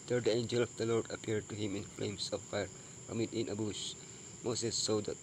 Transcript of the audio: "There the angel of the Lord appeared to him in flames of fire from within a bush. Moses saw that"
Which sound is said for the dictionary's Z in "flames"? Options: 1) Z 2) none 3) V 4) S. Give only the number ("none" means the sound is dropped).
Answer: 4